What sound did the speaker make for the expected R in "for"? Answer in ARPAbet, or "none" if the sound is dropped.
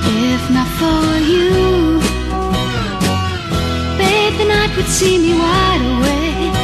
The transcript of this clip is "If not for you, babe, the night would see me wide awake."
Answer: L